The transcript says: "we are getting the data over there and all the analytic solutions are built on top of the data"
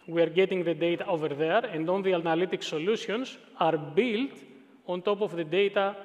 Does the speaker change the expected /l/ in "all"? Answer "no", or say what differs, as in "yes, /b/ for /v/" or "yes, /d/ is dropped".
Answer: yes, /n/ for /l/